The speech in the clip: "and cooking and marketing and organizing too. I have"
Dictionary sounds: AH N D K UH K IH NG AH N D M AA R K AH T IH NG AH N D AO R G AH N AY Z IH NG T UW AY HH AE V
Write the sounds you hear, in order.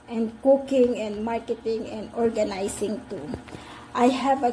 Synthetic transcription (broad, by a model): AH N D K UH K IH NG AH N D M AA R K AH T IH NG AH N D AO R G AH N AY S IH NG T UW AY HH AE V